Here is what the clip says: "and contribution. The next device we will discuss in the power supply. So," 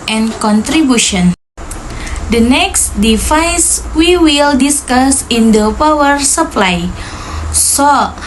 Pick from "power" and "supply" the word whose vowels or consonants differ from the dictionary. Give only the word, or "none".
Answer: none